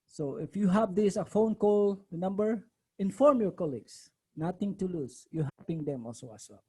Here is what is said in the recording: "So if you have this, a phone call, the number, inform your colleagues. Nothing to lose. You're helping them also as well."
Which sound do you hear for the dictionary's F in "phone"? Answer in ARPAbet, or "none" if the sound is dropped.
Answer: F